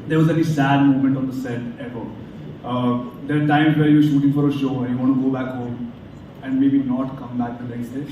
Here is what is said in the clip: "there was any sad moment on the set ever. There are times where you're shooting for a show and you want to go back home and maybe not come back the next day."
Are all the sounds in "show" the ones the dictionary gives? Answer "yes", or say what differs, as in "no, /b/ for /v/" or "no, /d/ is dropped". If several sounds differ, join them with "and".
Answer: yes